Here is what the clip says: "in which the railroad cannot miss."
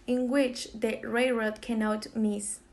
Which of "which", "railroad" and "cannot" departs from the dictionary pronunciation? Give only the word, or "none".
railroad